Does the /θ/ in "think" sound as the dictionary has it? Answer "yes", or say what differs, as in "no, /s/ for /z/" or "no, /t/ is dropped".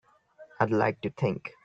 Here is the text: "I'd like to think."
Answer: no, /t/ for /θ/